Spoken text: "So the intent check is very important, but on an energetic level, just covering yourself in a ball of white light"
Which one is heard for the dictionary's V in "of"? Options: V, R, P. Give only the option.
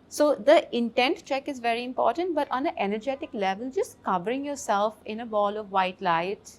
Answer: V